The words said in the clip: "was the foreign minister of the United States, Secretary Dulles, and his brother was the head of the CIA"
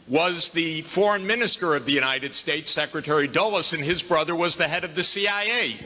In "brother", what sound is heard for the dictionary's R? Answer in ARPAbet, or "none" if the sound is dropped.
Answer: R